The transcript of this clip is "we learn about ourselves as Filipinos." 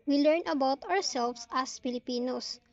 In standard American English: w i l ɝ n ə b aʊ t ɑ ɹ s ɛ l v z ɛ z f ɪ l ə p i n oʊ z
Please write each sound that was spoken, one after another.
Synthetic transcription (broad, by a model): w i l ɝ n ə b aʊ t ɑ ɹ s ɛ l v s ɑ s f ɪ l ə p i n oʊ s